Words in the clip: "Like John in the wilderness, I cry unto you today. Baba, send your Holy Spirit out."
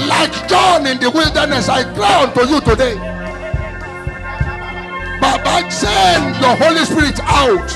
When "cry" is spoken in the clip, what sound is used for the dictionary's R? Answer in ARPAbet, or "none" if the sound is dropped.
L